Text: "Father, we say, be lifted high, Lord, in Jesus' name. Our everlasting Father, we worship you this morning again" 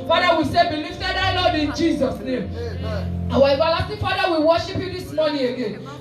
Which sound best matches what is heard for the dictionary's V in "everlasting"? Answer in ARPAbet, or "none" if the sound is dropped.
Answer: B